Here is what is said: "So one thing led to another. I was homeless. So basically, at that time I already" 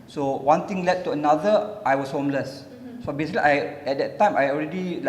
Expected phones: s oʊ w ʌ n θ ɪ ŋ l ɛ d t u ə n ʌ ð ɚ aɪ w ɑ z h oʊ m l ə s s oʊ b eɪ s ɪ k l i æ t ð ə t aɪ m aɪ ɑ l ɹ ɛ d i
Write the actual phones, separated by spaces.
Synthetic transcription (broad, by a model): s oʊ w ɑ n t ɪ ŋ l ɛ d t u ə n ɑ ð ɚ aɪ w ɑ s h oʊ m l ə s s oʊ b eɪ s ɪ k l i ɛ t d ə t aɪ m aɪ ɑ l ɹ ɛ d i